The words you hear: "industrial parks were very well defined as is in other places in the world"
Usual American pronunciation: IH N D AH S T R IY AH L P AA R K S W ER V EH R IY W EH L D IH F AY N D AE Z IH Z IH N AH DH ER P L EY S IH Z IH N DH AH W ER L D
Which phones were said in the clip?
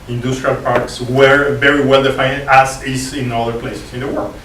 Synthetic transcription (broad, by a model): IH N D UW S T R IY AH L P AA R K S W ER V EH R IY W EH L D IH F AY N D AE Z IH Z IH N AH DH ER P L EY S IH S IH N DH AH W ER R